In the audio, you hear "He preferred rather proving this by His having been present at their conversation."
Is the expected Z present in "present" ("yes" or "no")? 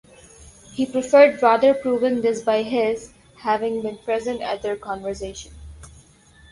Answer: yes